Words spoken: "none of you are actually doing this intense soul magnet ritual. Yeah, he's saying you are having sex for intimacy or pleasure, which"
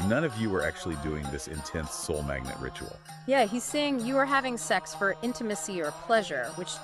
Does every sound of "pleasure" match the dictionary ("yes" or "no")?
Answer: yes